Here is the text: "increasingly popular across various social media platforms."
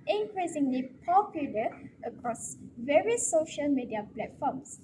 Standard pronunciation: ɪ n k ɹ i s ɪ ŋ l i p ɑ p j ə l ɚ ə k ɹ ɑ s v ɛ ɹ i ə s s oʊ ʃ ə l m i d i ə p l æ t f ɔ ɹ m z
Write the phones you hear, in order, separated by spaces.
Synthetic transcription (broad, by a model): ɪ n k ɹ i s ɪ ŋ l i p ɑ p j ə l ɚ ə k ɹ ɑ s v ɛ ɹ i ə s s oʊ ʃ ə l m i d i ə p l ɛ t f ɔ m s